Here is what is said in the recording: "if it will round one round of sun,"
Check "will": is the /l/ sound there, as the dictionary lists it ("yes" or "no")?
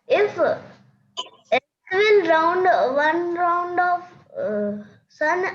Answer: no